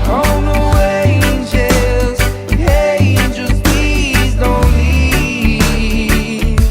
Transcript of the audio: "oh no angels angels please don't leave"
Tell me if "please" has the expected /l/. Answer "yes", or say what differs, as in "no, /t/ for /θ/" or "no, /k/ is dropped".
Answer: no, /l/ is dropped